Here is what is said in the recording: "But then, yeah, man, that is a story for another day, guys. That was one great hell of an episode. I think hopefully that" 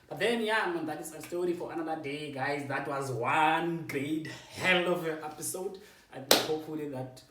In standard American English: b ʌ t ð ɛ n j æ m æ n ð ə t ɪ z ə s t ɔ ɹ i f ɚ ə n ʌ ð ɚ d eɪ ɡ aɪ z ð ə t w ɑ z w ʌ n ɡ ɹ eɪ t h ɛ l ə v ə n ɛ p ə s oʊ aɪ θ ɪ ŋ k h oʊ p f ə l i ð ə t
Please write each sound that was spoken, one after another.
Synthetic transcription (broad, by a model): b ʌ t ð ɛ n j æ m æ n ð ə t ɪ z ə s t ɔ ɹ i f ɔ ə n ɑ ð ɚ d eɪ ɡ aɪ z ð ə t w ɑ z w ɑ n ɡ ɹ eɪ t h ɛ l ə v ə ɛ p ə s oʊ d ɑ h oʊ p f ə l i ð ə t